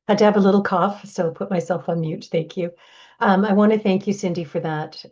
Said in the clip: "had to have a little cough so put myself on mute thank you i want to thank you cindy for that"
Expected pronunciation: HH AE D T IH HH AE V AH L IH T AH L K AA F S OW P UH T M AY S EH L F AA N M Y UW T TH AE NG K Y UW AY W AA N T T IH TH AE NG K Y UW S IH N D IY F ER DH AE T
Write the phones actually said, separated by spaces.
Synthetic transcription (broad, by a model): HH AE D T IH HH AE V AH L IH T L K AA F S OW P UH T M AY S EH L F N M Y UW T TH AE NG K Y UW AY W AA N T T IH TH AE NG K Y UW S IH N D IY F ER DH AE T